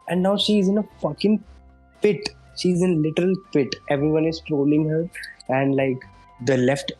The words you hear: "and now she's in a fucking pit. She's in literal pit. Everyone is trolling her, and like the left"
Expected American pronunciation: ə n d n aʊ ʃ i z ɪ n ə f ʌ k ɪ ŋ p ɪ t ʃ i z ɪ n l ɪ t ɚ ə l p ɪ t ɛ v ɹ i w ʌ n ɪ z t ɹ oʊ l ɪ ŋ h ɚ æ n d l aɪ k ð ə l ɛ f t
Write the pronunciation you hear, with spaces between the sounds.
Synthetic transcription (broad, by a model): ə n d n aʊ ʃ i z ɪ n ə f ʌ k ɪ ŋ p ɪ t ʃ i z ɪ n l ɪ t ɚ ə l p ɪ t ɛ v ɹ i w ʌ n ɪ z t ɹ oʊ l ɪ ŋ h ɚ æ n d l aɪ k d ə l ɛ f t